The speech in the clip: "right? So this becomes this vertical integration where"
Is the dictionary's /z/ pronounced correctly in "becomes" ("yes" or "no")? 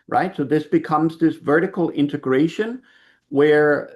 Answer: yes